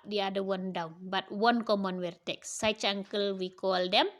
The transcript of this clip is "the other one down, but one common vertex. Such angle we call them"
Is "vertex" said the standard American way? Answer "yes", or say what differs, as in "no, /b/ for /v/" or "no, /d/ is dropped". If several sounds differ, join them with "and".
no, /w/ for /v/